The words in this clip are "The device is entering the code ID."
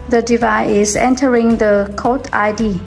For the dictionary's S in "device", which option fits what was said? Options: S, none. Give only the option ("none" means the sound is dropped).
none